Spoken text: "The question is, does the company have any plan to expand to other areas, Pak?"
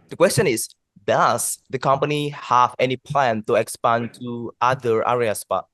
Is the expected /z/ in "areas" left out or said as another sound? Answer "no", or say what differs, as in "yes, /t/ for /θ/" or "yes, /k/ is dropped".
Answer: yes, /s/ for /z/